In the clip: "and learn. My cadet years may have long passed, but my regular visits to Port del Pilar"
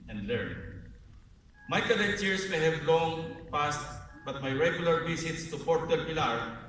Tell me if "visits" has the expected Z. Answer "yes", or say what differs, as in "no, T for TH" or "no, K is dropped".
no, S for Z